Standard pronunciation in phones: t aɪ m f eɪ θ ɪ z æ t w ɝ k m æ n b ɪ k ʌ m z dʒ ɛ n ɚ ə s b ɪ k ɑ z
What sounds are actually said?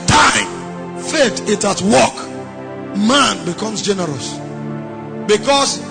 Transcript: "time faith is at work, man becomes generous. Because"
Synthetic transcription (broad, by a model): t aɪ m f eɪ t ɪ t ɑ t w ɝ k m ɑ n b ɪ k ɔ m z dʒ ɛ n ɚ ə s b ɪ k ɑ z